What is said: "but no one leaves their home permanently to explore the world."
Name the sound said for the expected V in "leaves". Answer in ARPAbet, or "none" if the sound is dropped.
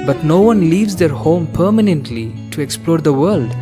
V